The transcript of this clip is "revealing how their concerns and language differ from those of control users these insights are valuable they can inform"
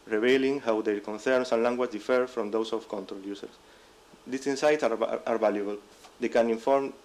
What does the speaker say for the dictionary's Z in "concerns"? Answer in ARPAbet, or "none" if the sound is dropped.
S